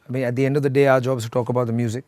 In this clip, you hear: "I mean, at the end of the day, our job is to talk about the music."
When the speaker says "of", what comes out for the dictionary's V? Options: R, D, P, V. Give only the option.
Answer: V